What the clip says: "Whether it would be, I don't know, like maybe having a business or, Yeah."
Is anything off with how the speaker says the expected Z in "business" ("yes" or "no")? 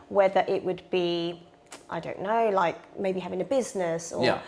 no